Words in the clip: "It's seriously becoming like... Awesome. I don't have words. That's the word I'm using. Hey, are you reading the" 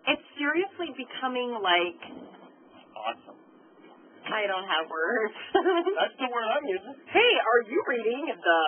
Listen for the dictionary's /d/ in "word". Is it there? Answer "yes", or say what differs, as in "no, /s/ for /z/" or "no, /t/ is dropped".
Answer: no, /d/ is dropped